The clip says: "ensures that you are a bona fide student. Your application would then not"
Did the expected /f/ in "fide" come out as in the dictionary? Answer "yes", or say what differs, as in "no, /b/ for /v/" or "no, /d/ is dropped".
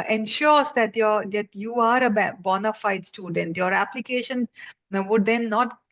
yes